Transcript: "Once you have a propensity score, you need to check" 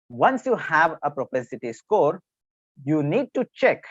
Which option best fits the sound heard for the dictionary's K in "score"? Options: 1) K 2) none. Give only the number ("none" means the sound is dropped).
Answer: 1